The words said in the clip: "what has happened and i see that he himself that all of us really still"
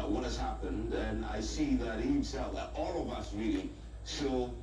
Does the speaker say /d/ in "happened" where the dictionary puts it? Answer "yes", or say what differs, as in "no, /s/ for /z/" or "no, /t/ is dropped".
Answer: yes